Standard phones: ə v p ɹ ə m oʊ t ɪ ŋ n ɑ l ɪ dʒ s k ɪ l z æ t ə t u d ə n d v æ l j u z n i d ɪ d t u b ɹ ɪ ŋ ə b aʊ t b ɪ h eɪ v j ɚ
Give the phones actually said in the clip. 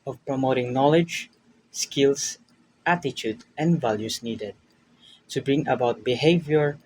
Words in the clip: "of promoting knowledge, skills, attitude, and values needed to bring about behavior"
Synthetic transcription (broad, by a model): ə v p ɹ ə m oʊ t ɪ ŋ n ɑ l ɪ dʒ s k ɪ l s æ t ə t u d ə n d v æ l j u s n i d ɪ d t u b ɹ ɪ ŋ ə b aʊ t b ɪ h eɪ v j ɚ